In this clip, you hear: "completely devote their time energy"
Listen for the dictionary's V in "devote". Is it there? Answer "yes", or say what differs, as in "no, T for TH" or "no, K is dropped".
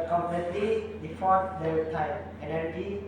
no, F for V